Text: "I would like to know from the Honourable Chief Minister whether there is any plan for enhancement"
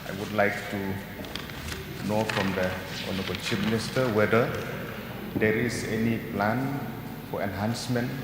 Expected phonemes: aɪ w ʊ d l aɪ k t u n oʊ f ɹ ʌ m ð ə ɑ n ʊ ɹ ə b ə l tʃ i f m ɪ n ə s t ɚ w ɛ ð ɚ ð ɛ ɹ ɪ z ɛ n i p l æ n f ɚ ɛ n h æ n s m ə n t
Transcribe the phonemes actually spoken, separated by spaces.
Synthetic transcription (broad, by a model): aɪ w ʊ d l aɪ k t u n oʊ f ɹ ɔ m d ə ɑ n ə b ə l tʃ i p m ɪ n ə s t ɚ w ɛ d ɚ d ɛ ɹ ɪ s ɛ n i p l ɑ n f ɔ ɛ n h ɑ n s m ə n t